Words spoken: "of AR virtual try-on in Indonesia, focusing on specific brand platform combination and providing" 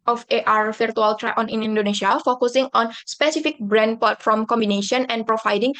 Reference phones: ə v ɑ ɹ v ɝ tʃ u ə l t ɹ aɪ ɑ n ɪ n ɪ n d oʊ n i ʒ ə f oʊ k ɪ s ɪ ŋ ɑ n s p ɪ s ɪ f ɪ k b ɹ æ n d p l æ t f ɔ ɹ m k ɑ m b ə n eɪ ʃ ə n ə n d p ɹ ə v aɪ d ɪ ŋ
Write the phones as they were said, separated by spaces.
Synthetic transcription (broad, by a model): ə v ɑ ɹ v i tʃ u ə l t ɹ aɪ ɑ n ɪ n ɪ n d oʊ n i ʃ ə f oʊ k ɪ s ɪ ŋ ɑ n s p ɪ s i f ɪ k b ɹ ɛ n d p ɔ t f ɔ m k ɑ m b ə n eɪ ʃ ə n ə n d p ɹ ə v aɪ d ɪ ŋ